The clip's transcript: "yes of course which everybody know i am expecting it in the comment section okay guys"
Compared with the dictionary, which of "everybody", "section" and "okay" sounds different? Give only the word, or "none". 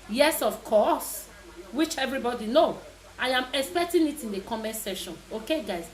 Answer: section